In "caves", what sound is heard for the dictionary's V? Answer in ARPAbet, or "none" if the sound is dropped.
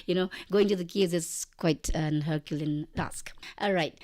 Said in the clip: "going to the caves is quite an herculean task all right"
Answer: none